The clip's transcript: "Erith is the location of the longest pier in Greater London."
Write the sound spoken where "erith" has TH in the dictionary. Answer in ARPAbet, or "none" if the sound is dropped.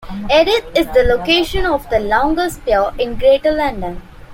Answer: T